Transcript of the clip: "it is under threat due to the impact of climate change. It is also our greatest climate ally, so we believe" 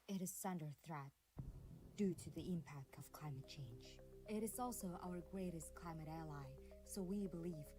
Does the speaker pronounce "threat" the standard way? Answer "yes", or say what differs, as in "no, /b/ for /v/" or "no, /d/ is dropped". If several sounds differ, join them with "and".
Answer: yes